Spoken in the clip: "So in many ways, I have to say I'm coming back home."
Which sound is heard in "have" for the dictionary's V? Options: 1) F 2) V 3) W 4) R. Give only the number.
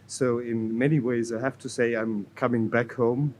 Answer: 1